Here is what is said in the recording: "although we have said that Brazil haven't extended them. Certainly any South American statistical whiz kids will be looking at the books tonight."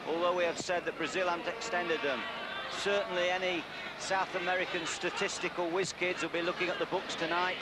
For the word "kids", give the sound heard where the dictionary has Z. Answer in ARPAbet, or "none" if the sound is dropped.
Z